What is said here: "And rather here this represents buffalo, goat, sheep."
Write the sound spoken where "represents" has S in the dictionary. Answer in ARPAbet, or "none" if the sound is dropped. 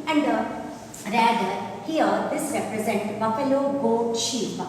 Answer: none